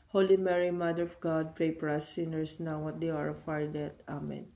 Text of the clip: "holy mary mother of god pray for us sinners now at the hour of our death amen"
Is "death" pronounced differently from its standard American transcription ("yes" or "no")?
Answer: yes